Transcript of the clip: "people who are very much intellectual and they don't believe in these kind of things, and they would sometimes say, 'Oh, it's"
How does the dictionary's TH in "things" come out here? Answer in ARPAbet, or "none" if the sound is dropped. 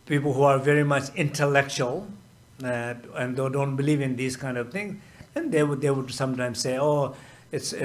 T